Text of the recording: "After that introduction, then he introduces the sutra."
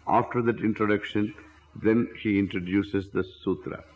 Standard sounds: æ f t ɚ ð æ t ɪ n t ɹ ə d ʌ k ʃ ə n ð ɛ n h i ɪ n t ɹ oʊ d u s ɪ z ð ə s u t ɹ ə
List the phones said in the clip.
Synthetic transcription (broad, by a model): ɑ f t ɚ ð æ t ɪ n t ɹ ə d ʌ k ʃ ə n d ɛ n h i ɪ n t ɹ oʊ d u s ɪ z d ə s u t ɹ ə